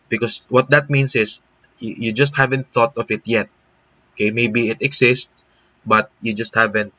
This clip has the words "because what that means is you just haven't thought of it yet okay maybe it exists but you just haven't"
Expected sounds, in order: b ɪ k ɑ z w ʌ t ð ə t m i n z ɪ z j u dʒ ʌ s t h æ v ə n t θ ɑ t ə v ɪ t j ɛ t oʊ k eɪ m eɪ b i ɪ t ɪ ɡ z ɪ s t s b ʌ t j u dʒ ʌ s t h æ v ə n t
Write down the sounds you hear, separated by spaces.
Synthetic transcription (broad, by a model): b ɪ k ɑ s w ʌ t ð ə t m i n s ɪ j j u dʒ ʌ s t h æ v ə n t θ ɑ t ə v ɪ t j ɛ t oʊ k eɪ m eɪ b i ɪ t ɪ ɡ s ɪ s t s b ʌ t j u dʒ ʌ s t h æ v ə n t